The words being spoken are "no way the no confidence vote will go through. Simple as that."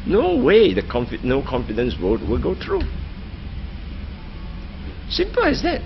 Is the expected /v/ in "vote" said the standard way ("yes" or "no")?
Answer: no